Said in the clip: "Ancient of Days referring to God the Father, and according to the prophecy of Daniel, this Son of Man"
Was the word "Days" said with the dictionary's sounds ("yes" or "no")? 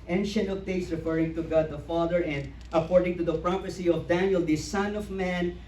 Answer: no